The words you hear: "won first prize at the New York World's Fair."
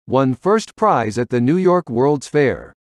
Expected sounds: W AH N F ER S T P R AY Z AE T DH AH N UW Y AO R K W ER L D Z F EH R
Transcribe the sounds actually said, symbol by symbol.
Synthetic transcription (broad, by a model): W AH N F ER S T P R AY Z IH T DH AH N UW Y AO R K W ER L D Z F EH R